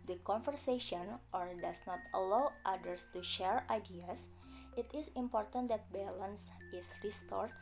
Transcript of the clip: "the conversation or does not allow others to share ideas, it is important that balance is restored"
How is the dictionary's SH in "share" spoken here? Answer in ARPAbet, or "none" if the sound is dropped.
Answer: SH